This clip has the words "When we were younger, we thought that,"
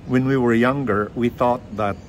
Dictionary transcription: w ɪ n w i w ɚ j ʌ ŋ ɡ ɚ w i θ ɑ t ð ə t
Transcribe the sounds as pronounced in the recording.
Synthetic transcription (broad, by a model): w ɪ n w i w ɚ j ʌ ŋ ɡ ɚ w i θ ɑ t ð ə t